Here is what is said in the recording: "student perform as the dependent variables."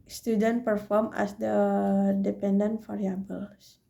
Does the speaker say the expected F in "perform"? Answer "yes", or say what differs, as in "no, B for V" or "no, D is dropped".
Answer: yes